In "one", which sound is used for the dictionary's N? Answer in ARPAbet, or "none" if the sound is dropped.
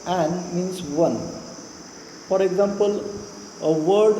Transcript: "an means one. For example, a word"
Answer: N